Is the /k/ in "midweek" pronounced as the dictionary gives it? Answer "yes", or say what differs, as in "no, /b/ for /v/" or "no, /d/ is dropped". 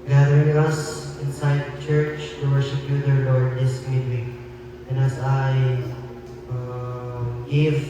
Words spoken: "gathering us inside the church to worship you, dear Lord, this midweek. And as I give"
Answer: no, /k/ is dropped